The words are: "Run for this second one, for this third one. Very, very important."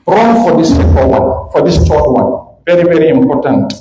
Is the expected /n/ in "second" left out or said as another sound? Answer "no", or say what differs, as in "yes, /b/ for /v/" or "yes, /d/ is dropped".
yes, /l/ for /n/